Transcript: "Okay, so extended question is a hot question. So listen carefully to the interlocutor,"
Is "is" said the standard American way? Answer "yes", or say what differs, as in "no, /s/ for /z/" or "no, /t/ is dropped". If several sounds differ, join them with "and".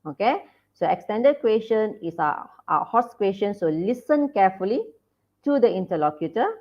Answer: no, /s/ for /z/